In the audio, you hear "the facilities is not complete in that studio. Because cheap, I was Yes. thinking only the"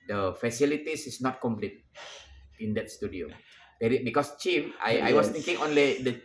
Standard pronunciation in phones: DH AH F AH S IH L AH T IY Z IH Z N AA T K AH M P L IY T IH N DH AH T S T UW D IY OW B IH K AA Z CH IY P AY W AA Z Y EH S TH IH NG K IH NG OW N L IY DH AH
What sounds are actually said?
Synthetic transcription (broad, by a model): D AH F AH S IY L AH T IY S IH S N AA T K AH M P L IY T IH N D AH T S T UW D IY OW B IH K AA S CH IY F AY AA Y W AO S T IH NG K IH NG OW N L IY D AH